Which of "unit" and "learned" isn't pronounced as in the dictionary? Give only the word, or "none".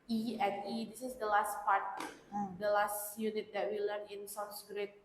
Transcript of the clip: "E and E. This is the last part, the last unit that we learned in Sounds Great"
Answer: learned